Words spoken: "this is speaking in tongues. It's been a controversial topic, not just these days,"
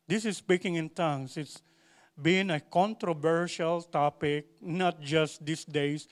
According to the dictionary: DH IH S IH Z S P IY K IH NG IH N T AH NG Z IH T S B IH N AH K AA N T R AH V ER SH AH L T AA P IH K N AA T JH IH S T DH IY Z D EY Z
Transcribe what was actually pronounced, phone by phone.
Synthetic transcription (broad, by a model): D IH S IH S P IY K IH NG IH N T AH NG S IH T S B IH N AH K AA N T R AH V ER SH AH L T AA P IH K N AA T JH IH S T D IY S D EY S